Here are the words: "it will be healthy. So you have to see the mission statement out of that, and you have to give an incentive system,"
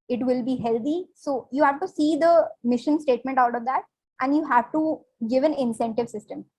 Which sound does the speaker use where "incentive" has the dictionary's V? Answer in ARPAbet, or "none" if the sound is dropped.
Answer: V